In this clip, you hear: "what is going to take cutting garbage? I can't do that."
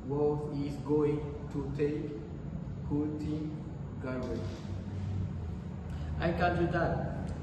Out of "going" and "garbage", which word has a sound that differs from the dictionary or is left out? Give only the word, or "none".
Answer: garbage